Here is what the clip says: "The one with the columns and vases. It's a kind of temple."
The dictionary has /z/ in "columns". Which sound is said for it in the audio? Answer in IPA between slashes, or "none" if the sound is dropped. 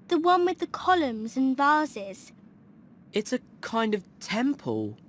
/z/